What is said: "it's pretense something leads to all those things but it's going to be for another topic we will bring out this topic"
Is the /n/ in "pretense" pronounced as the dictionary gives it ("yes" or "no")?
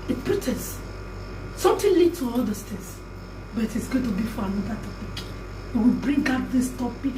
no